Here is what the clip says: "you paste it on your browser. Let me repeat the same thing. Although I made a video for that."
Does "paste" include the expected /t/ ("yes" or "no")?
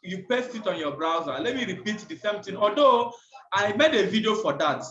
yes